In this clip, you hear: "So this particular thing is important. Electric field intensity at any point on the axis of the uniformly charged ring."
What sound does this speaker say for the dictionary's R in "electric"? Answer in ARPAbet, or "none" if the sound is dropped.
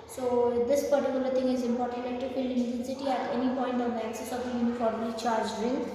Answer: none